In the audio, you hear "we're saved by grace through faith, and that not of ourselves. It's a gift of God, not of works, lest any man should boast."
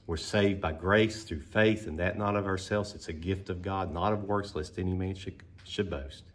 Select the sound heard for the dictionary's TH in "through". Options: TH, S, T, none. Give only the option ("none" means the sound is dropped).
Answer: TH